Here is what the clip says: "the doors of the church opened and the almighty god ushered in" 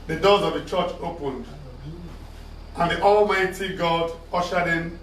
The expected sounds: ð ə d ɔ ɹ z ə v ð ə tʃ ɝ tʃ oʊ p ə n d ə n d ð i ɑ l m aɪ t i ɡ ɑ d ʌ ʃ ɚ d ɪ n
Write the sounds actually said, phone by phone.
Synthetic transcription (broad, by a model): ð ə d ɔ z ə v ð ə tʃ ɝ tʃ oʊ p ə n d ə n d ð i ɑ l m aɪ t i ɡ ɑ d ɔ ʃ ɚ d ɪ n